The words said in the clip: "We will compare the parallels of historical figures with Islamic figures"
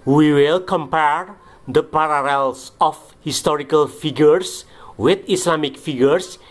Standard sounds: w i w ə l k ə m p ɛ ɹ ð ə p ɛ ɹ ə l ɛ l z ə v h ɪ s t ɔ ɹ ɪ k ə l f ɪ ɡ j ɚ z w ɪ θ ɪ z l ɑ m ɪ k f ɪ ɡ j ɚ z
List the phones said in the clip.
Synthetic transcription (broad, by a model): w i w ə l k ə m p ɛ ɹ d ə p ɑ ɹ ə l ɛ l s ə f h ɪ s t ɔ ɹ ɪ k ə l f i ɡ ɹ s w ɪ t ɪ s l ɑ m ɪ k f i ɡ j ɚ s